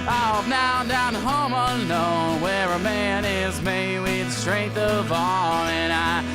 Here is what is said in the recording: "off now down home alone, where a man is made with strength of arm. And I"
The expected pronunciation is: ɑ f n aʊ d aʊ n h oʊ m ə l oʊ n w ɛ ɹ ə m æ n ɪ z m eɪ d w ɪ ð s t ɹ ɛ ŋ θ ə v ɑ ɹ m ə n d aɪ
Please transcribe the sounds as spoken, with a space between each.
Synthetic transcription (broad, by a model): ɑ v n aʊ d aʊ n h oʊ m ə n oʊ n w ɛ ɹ ə m æ n ɪ z m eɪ w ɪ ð s t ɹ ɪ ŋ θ ə v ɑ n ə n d aɪ